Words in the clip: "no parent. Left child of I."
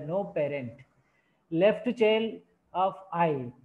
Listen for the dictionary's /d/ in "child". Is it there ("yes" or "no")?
no